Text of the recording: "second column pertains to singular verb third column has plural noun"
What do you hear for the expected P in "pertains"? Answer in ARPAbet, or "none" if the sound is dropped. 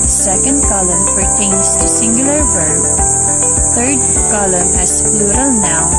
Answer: F